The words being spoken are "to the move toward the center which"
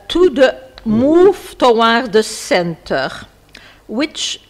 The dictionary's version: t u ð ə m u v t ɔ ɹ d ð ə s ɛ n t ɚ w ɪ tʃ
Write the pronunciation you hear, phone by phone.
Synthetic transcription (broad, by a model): t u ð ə m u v t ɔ w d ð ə s ɛ n t ɚ w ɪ tʃ